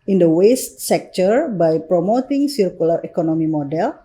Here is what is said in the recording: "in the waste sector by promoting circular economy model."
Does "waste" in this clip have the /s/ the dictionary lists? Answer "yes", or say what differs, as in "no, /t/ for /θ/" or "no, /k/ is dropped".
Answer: yes